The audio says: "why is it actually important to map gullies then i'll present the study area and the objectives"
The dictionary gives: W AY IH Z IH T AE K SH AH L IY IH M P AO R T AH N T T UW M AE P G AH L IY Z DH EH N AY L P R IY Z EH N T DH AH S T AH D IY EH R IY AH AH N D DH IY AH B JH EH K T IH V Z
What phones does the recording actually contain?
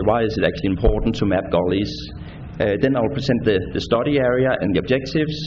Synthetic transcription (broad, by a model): W AY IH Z IH T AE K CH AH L IY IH M P AO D N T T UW M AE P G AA L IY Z DH EH N AY L P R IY S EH N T DH AH S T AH D IY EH R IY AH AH N DH IY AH B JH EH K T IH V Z